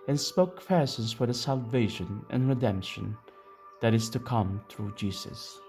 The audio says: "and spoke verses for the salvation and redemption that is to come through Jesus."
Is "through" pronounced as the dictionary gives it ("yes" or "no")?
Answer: yes